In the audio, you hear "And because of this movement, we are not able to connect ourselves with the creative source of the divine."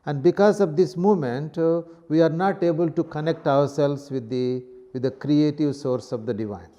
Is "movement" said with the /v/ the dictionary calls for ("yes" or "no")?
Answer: no